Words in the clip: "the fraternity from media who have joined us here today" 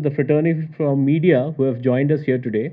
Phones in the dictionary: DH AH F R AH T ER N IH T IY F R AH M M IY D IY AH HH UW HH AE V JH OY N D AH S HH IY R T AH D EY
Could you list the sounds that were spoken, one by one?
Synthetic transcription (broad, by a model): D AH F R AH T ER N IY F R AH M M IY D IY AH HH UW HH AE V JH OY N D AH S HH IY R T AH D EY